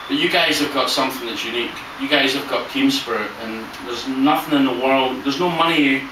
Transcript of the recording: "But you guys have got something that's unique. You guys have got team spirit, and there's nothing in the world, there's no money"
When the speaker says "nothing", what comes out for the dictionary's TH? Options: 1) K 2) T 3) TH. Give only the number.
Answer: 3